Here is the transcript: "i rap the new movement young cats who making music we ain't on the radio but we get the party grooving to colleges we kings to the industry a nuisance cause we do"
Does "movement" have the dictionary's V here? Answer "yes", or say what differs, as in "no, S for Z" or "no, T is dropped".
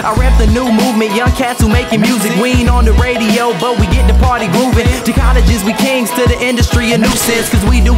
yes